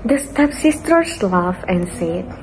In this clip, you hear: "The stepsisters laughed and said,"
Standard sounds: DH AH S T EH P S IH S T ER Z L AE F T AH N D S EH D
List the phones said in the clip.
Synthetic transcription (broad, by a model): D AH S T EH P S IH S T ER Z L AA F AH N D S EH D